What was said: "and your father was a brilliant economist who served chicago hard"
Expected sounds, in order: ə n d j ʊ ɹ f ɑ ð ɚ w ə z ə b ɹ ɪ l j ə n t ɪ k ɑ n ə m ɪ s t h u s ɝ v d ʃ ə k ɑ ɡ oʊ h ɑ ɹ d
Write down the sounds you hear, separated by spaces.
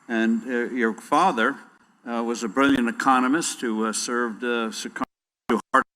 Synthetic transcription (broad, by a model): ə n j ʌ ɹ f ɑ ð ɚ w ə z ə b ɹ ɪ l j ə n t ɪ k ɑ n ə m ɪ s t h u s ɝ v d s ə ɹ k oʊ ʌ ɹ